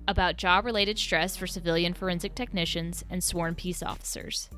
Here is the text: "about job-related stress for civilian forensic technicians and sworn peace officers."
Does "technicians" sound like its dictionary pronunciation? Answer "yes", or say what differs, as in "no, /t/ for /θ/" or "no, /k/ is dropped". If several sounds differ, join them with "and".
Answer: yes